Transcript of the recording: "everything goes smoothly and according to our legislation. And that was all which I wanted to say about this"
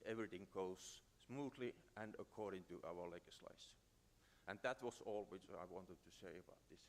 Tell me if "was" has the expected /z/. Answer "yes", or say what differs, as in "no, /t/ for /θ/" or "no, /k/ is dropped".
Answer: no, /s/ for /z/